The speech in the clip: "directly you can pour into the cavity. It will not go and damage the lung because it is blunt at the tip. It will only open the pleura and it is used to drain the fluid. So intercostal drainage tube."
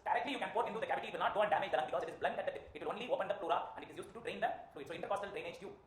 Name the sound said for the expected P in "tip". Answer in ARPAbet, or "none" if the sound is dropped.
none